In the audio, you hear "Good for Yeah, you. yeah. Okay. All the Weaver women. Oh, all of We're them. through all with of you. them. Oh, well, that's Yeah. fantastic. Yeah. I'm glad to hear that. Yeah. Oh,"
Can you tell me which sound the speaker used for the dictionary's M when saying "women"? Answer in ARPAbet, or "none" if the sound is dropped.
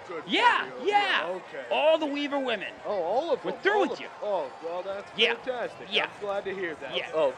M